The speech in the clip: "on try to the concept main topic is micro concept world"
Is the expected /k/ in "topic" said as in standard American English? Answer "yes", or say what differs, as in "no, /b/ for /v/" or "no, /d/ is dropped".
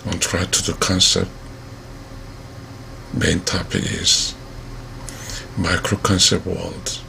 no, /k/ is dropped